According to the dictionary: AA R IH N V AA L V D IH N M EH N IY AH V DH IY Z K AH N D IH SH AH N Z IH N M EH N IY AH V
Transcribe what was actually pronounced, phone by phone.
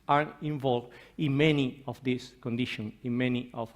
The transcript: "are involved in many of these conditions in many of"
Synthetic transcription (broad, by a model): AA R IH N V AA L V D IH N M EH N IY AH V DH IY S K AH N D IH SH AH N IH N M EH N IY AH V